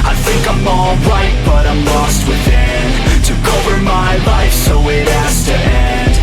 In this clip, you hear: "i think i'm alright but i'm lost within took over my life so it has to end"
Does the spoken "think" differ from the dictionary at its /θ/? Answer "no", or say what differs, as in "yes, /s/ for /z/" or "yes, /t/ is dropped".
no